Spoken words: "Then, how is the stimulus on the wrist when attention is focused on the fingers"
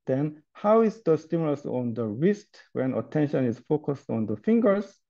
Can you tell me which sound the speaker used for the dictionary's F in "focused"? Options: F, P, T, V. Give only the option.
F